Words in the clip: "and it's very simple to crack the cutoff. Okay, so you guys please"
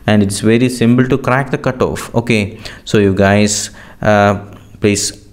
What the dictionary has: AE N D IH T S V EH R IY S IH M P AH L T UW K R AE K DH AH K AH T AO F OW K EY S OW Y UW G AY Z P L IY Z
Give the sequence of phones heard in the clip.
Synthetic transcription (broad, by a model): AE N D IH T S V EH R IY S IH M P AH L T UW K R AE K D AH K AH T AO F OW K EY S OW Y UW G AY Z P L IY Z